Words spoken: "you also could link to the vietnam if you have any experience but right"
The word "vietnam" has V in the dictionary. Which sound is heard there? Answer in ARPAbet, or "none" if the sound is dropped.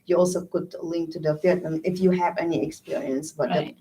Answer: F